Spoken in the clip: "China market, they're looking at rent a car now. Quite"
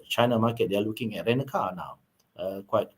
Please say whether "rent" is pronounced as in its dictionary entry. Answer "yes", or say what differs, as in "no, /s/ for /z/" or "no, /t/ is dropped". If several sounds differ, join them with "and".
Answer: no, /t/ is dropped